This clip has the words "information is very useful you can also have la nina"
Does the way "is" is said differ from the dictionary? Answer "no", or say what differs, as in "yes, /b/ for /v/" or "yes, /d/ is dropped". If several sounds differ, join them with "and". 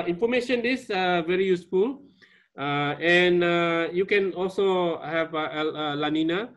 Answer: yes, /s/ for /z/